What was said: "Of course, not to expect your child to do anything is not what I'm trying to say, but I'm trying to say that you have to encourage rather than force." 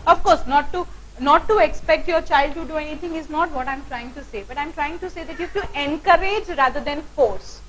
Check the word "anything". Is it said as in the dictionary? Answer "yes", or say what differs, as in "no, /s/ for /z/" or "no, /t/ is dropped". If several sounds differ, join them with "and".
no, /t/ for /θ/